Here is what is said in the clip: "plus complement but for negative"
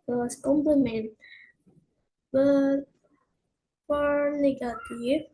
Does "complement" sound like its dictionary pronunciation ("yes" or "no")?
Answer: yes